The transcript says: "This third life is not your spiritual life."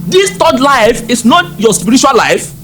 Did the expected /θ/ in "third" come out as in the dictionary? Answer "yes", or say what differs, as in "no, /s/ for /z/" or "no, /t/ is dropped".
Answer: no, /t/ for /θ/